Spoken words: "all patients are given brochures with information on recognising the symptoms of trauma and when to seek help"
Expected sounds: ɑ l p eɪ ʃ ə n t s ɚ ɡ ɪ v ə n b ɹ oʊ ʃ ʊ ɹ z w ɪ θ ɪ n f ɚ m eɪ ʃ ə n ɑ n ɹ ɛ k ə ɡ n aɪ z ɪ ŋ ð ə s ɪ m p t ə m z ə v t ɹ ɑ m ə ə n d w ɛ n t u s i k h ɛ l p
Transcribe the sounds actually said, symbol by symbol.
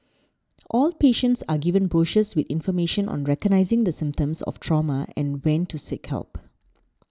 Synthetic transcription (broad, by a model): ɑ l p eɪ ʃ ə n t s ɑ ɡ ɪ v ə n b ɹ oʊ ʃ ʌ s w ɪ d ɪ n f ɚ m eɪ ʃ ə n ɑ n ɹ ɛ k ə ɡ n aɪ z ɪ ŋ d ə s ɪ m p t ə m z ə f t ɹ ɑ m ə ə n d w ɛ n t u s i k h ɛ l p